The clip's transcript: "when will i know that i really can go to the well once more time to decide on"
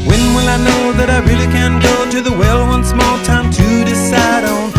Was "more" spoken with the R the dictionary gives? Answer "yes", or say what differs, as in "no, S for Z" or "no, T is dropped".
no, L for R